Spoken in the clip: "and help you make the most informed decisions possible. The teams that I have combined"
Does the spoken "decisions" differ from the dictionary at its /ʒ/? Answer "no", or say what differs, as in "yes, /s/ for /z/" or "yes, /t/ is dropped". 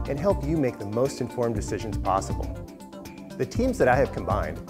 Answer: no